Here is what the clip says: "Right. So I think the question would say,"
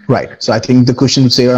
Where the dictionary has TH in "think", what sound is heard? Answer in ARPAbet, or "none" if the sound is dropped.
TH